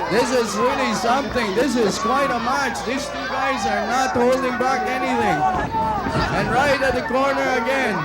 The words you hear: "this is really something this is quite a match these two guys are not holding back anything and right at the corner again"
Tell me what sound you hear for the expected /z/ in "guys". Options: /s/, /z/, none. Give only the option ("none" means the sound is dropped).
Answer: /z/